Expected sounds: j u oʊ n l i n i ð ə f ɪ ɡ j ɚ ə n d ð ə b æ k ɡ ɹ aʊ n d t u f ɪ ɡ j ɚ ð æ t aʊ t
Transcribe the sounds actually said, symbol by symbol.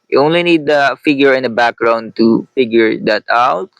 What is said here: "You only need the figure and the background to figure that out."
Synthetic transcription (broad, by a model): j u oʊ n l i n i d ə f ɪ ɡ j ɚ ə n d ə b æ k ɡ ɹ aʊ n d t u f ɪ ɡ j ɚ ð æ t aʊ t